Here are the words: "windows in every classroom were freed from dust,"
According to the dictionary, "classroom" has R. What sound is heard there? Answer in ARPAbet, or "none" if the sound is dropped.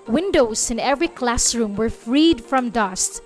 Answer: R